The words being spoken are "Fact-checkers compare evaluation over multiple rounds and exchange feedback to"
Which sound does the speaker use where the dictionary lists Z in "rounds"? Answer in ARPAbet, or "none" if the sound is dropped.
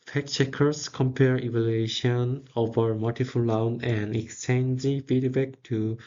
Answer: none